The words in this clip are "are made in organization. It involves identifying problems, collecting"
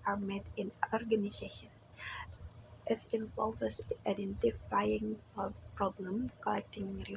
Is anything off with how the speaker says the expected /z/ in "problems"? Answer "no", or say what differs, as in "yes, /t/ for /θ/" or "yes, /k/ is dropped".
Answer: yes, /z/ is dropped